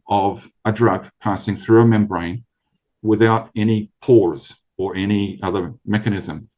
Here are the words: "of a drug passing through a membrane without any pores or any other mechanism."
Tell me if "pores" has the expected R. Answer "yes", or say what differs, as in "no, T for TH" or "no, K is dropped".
yes